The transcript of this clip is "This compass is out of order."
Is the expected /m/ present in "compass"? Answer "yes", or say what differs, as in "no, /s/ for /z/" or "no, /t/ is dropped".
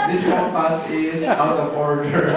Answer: no, /m/ is dropped